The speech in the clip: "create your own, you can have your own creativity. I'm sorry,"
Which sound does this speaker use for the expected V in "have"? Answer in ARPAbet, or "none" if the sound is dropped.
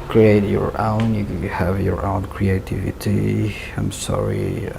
V